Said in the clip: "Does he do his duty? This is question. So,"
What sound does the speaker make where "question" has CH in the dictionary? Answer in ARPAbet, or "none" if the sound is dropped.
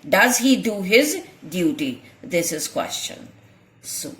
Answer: CH